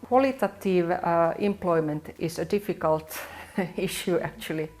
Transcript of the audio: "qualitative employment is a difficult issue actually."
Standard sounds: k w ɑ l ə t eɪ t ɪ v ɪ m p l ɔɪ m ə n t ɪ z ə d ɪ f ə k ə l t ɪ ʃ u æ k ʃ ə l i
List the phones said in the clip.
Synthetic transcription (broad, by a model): k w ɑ l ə t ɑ t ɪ v ɪ m p l ɔɪ m ə n t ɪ s ə d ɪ f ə k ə l t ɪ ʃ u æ k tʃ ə l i